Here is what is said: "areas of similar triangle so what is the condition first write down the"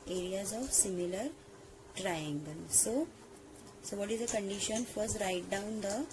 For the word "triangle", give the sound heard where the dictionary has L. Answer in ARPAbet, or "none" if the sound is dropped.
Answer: N